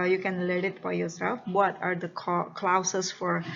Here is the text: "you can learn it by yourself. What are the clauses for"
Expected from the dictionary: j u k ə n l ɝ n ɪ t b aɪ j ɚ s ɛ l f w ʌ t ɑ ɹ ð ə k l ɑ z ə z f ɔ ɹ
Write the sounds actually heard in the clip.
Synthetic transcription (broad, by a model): j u k ə n l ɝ ɪ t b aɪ j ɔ s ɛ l f w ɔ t ɑ ɹ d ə k l ɑ s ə s f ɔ ɹ